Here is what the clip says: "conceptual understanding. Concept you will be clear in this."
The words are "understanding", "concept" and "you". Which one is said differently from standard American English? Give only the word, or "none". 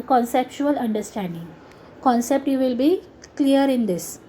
none